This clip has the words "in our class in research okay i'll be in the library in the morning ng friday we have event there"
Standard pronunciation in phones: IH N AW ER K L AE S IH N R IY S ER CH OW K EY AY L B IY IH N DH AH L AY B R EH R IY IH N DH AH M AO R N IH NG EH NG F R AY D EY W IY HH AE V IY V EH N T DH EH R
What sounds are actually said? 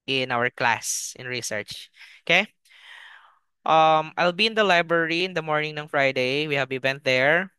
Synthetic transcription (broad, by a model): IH N AW ER K L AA S IH N R IY S ER CH OW K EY AY L B IY IH N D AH L AY B R EH R IY IH N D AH M AO R N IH NG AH NG F R AY D EY W IY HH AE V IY B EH N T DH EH R